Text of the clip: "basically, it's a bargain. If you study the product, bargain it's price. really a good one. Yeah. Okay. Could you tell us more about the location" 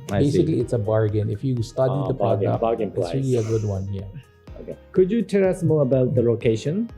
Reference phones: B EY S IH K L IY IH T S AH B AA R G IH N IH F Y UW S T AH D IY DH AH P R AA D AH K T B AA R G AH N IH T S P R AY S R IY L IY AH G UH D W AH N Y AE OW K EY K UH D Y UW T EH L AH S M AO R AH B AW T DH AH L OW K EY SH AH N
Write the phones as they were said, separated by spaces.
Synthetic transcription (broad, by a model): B EY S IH K L IY IH T S AH B AA R G IH N IH F Y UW S T AH D IY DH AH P AA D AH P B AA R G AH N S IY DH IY IY AH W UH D W AH N Y AE OW K EY K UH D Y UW T EH L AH S M AO R AH B AW T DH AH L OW K EY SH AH N